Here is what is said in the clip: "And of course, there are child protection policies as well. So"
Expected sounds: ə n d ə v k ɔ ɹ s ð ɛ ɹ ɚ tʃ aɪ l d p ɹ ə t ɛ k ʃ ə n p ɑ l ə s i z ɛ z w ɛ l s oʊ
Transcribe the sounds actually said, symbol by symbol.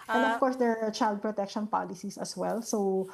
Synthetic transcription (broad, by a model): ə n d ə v k ɔ ɹ s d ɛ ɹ tʃ aɪ l d p ɹ ə t ɛ k ʃ ə n p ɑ l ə s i s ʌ s w ɛ l s oʊ